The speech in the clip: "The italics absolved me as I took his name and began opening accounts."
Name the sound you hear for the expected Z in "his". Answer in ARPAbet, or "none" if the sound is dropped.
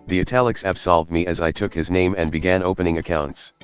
Z